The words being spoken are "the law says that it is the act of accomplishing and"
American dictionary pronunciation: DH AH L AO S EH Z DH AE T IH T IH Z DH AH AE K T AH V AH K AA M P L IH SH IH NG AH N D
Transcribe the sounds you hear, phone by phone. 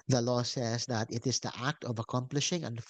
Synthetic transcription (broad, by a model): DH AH L AO S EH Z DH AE T IH T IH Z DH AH AE K T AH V AH K AA M P L IH SH IH NG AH N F